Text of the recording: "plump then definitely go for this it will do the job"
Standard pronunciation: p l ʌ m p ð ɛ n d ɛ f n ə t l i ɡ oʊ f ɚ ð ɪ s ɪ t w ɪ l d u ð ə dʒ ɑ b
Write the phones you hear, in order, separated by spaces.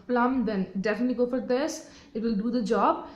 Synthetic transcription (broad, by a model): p l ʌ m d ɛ n d ɛ f n ə t l i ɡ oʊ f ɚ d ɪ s ɪ t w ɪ l d u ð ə dʒ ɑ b